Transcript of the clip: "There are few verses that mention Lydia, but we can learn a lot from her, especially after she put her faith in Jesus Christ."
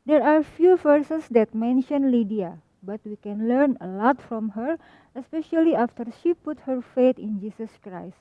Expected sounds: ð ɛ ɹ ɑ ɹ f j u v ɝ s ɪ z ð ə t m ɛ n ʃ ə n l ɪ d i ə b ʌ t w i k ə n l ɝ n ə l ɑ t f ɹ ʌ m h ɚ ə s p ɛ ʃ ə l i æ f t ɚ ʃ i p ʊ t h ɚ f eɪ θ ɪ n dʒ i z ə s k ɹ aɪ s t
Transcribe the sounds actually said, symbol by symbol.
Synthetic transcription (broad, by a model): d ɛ ɹ ɑ ɹ f j u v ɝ s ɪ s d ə t m ɛ n ʃ ə n l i d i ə b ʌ t w i k ə n l ɝ n ə l ɑ t f ɹ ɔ m h ɚ ə s p ɛ ʃ ə l i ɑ f t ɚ ʃ i p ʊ t h ɚ f eɪ t ɪ n dʒ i s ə s k ɹ aɪ s t